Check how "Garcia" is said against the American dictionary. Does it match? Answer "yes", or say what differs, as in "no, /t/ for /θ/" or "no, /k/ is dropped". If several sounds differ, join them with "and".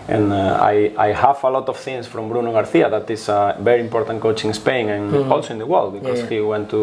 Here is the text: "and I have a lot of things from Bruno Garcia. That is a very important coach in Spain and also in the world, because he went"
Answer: no, /θ/ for /s/